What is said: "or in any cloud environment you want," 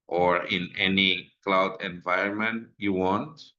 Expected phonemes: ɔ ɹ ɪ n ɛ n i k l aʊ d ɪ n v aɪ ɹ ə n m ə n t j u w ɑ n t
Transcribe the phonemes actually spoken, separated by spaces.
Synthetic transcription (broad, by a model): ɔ ɹ ɪ n ɛ n i k l aʊ d ɪ n v aɪ ɹ ə n m ə n t j u w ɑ n t